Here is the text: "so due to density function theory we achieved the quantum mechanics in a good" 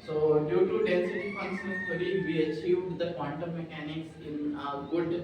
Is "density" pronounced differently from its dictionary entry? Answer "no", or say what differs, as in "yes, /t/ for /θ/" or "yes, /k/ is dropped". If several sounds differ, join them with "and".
yes, /n/ is dropped